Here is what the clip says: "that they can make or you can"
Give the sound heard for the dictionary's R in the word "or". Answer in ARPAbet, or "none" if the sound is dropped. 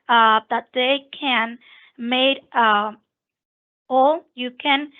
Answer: L